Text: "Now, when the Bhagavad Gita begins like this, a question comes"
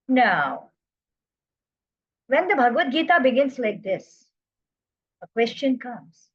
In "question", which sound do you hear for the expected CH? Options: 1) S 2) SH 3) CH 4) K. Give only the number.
3